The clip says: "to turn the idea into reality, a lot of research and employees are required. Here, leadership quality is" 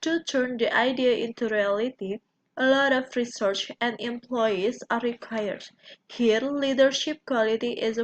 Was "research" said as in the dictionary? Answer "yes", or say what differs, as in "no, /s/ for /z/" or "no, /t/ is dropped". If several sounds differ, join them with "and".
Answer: yes